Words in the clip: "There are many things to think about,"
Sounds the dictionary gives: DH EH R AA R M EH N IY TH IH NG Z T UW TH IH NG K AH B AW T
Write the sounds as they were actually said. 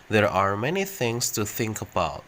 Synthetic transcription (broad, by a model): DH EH R AA R M EH N IY TH IH NG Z T UW TH IH NG K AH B AW T